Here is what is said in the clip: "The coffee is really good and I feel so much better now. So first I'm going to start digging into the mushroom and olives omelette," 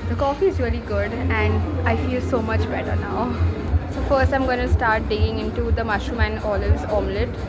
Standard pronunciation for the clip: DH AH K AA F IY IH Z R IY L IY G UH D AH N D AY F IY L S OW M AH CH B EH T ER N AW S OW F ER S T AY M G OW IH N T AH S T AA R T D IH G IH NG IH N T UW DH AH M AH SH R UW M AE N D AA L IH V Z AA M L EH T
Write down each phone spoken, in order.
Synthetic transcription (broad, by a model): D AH K AA F IY IH Z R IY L IY G UH D AH N D AY F IY L S OW M AH CH B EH T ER N AW S OW F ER S T AY M G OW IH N S T AA R T D IH G IH NG IH N T UW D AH M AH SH UW M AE N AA L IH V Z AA M L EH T